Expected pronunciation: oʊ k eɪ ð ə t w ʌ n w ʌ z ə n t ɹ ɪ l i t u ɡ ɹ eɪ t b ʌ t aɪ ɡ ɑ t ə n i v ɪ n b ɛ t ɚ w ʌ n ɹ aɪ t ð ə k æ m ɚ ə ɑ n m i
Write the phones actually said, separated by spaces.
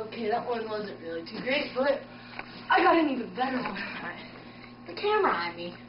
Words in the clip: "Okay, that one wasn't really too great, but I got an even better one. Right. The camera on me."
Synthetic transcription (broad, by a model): oʊ k eɪ ð ə t w ʌ n w ʌ z ə n t ɹ ɪ l i t u ɡ ɹ eɪ t b ʌ t aɪ ɡ ɑ t ə n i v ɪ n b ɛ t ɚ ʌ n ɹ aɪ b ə k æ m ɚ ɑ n m i